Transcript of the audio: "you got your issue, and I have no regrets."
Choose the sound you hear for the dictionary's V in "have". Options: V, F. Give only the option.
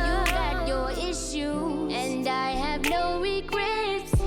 V